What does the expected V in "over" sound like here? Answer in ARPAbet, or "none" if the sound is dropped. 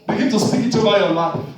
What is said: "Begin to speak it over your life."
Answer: B